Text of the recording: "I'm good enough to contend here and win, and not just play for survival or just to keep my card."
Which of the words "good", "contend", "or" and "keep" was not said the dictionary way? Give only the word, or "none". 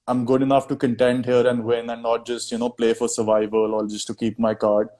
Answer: or